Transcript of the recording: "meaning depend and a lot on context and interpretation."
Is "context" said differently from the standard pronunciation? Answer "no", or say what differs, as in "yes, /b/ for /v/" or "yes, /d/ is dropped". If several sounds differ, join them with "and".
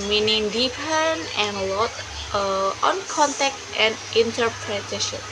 yes, /s/ is dropped